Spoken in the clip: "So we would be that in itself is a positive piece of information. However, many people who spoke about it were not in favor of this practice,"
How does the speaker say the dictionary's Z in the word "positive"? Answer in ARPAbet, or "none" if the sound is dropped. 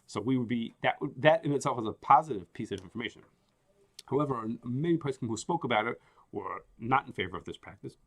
Z